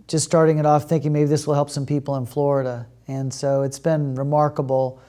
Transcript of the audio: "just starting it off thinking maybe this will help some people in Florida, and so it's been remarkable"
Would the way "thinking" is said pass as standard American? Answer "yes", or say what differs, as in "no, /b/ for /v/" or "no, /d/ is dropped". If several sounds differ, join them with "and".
yes